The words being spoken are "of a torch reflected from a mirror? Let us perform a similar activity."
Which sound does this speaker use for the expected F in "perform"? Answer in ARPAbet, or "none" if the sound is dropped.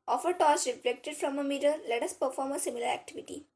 F